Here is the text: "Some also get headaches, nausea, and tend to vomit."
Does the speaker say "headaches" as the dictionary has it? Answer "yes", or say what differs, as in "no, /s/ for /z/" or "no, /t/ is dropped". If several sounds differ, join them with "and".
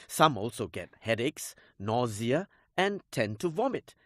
yes